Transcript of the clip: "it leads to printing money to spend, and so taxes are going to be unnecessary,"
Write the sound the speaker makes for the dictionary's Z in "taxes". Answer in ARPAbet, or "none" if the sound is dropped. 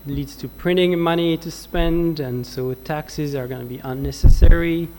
Z